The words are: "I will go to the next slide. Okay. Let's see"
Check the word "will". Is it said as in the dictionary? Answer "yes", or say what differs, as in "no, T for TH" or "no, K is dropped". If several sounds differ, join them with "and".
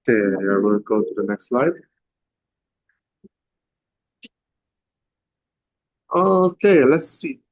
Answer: no, N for L